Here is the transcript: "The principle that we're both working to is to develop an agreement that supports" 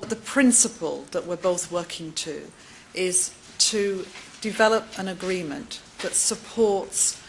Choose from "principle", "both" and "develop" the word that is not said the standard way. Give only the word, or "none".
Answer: none